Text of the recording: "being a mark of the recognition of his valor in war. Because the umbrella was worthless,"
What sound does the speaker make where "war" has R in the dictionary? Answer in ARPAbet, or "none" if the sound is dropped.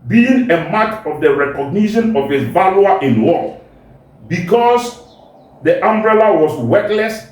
L